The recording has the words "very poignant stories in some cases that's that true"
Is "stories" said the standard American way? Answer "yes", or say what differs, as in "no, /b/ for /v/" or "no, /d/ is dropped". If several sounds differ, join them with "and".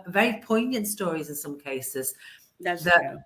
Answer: yes